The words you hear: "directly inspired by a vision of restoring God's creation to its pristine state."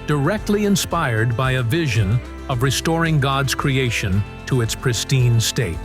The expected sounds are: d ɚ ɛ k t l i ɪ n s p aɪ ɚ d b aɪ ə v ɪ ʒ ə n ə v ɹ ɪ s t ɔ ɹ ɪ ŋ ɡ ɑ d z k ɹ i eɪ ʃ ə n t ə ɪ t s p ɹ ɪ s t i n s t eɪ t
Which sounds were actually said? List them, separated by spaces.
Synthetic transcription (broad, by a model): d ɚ ɛ k t l i ɪ n s p aɪ ɚ d b aɪ ə v ɪ ʒ ə n ə v ɹ ɪ s t ɔ ɹ ɪ ŋ ɡ ɑ d z k ɹ i eɪ ʃ ə n t ə ɪ t s p ɹ ɪ s t i n s t eɪ t